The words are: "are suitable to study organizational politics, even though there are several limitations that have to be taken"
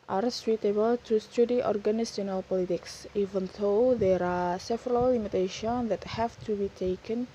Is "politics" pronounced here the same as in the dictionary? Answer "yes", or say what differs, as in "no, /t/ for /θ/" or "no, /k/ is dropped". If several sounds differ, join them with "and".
yes